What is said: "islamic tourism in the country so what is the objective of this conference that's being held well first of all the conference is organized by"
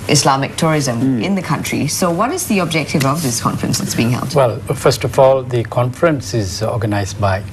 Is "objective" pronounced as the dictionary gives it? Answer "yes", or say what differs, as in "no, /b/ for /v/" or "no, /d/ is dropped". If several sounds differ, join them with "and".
yes